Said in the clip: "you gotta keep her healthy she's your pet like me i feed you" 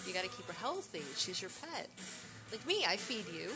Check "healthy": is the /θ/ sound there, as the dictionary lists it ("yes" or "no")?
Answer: yes